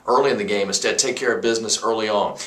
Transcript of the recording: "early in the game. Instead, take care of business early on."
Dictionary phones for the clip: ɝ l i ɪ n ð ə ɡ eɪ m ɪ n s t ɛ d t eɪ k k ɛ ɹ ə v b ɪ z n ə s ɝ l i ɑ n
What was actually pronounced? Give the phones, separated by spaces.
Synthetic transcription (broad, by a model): ɝ l i ɪ n ð ə ɡ eɪ m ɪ s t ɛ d t eɪ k k ɛ ɹ ə v b ɪ z n ə s ɝ l i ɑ n